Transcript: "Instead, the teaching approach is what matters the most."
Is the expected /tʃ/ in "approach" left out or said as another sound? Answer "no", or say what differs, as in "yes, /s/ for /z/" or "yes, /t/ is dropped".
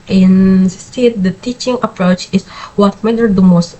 no